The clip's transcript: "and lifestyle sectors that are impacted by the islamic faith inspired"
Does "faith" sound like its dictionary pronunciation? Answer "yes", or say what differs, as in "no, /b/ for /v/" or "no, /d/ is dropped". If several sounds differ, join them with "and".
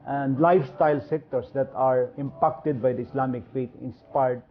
no, /t/ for /θ/